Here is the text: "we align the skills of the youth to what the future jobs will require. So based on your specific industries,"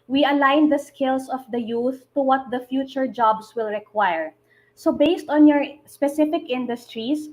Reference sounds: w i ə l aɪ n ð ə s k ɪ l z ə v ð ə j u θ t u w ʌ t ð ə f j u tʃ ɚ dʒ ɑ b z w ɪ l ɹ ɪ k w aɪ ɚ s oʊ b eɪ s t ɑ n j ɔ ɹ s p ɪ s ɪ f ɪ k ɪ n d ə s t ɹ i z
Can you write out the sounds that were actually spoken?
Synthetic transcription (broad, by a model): w i ə l aɪ n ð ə s k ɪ l s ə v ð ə j u θ t u w ʌ t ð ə f j u tʃ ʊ dʒ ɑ b s w ɪ l ɹ ɪ k w aɪ ɚ s oʊ b eɪ s t ɑ n j ɔ ɹ s p ɪ s ɪ f ɪ k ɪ n d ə s t ɹ i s